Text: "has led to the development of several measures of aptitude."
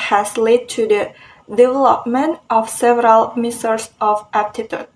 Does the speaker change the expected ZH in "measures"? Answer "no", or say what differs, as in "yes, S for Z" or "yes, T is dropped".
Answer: yes, S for ZH